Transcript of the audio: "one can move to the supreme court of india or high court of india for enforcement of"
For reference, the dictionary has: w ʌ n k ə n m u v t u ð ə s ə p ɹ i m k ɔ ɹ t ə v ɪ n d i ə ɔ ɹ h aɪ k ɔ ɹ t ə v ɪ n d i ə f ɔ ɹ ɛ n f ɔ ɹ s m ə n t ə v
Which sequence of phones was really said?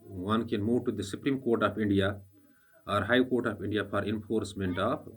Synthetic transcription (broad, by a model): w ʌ n k ə n m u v t u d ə s ə p ɹ i m k ɔ ɹ t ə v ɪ n d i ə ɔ ɹ h aɪ k ɔ ɹ t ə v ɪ n d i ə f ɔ ɹ ɛ n f ɔ ɹ s m ə n t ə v